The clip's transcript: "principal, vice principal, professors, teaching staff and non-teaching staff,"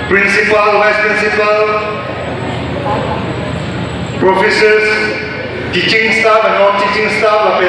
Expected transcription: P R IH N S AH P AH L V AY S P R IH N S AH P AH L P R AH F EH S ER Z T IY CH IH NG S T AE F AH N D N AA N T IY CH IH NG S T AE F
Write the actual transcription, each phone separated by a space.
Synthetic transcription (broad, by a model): P R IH N S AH P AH L W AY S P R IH N S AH P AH L P R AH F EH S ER S T IY CH IH NG S T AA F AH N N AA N T IY CH IH NG S T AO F